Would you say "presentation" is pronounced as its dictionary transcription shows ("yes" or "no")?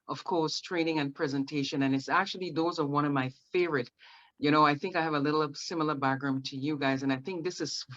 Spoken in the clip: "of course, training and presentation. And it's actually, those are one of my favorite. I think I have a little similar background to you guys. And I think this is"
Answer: yes